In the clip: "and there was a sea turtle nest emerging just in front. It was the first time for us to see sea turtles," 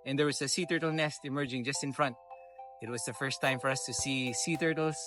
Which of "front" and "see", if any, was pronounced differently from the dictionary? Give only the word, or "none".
none